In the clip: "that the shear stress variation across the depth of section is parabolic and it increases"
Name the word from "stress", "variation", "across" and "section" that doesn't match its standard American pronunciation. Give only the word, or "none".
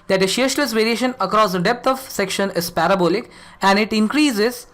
stress